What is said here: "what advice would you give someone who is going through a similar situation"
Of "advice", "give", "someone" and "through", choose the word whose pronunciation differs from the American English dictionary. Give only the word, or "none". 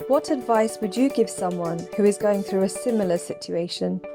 none